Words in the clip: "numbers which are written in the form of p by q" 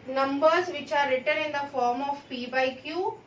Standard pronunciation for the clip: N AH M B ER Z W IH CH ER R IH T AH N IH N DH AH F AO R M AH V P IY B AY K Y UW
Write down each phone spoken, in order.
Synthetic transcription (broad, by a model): N AH M B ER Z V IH CH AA R IH T AH N IH N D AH F AO R M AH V P IY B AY K Y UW